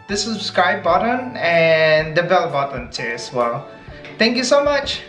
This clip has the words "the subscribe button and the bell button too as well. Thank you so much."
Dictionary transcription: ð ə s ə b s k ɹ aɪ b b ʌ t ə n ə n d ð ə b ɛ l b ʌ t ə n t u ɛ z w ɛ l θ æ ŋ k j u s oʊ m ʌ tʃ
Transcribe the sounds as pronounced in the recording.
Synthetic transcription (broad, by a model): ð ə s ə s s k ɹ aɪ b b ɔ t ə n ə n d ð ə b ɛ l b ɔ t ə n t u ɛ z w ɛ l t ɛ ŋ k j u s oʊ m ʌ tʃ